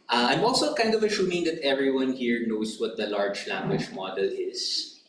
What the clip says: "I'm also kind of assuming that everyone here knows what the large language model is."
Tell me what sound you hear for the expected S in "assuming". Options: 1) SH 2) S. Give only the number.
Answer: 1